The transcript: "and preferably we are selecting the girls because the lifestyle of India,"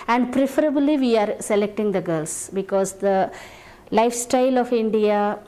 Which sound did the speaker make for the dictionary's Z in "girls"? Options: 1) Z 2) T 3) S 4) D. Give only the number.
3